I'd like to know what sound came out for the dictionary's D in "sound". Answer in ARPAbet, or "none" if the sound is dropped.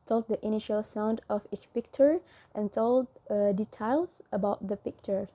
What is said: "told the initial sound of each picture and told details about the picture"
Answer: D